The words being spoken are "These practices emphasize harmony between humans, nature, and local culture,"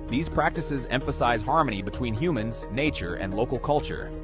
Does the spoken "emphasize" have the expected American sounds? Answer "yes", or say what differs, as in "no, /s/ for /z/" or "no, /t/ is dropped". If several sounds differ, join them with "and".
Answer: yes